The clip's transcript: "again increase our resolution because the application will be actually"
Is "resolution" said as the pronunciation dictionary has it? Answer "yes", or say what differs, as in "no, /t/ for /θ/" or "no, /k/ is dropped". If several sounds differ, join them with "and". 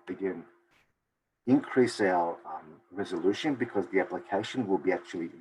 yes